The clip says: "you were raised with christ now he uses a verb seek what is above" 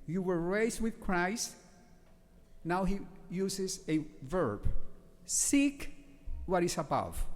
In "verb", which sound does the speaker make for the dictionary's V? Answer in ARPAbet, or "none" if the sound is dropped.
V